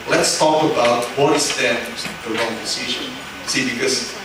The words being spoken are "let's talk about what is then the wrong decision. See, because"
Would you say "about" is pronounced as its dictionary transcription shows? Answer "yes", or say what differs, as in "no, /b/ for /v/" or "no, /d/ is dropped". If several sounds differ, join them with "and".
yes